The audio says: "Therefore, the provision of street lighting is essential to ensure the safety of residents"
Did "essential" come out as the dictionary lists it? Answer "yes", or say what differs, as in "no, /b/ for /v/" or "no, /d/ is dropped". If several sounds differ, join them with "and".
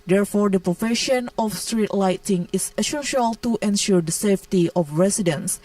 no, /n/ is dropped